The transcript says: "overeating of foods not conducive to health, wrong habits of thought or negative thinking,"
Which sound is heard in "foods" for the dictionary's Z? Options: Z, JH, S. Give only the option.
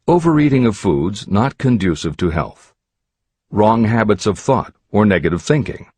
Z